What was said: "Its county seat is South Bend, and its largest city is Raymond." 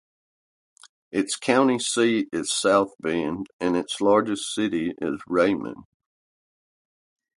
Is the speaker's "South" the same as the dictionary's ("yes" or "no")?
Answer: yes